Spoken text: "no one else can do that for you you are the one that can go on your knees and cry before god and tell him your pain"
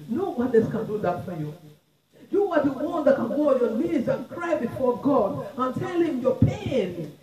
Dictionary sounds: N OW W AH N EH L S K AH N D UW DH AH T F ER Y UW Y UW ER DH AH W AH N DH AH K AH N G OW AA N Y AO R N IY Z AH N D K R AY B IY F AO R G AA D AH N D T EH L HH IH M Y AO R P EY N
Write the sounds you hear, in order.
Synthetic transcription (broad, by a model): N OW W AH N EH S K AH N D UW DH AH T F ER Y UW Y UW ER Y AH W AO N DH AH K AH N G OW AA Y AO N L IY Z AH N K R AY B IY F AO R G AA D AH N T EH L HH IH M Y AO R P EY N